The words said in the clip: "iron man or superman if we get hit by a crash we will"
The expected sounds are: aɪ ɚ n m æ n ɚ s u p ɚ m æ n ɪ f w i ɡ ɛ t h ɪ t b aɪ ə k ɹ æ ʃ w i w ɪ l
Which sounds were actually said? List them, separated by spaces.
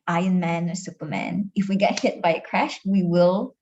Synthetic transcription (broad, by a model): aɪ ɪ n m æ n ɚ s u p ɚ m æ n ɪ f w i ɡ ɛ t h ɪ t b aɪ ə k ɹ æ ʃ w i w ɪ l